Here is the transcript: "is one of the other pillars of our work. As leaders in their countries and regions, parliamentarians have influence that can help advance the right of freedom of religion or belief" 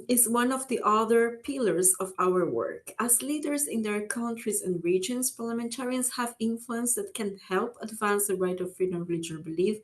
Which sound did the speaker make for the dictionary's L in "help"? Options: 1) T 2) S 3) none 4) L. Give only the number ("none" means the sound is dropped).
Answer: 4